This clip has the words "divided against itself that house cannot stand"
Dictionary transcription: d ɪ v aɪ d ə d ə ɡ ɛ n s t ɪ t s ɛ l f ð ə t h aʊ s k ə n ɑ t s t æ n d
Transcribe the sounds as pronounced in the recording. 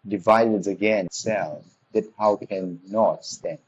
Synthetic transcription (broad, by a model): d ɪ v aɪ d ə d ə ɡ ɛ n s s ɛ l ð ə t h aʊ k ə n ɑ t s t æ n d